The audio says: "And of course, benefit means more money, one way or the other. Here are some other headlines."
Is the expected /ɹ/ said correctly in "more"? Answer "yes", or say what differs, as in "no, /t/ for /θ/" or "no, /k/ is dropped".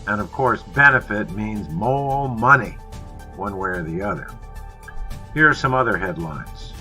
no, /l/ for /ɹ/